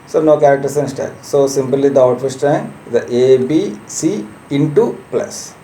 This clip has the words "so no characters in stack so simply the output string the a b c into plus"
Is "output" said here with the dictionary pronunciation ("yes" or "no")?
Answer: no